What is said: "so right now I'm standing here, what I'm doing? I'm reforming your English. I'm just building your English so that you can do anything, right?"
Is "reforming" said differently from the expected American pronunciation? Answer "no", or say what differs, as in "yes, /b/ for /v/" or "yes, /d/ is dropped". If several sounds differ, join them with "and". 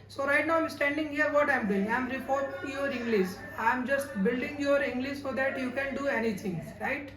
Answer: yes, /p/ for /f/